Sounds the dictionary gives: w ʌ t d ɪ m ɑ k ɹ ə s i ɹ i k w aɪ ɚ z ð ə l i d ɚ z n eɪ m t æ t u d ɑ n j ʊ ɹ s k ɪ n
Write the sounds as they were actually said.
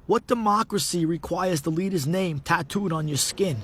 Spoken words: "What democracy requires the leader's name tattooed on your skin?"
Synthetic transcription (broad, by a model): w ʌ t d ɪ m ɑ k ɹ ə s i ɹ i k w aɪ ɚ z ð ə l i d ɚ z n eɪ m t æ t u d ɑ n j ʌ ɹ s k ɪ n